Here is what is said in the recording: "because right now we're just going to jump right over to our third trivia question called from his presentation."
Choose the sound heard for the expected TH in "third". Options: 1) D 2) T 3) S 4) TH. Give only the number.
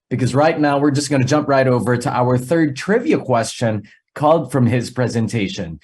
4